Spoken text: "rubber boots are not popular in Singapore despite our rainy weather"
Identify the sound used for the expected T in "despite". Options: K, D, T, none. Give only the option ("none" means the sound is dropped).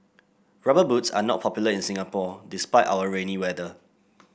T